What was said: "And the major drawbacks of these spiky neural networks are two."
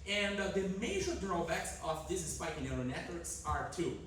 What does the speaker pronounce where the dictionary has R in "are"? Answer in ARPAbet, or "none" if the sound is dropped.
R